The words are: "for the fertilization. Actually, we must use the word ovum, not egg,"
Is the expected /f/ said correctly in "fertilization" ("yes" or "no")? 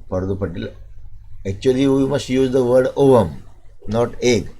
no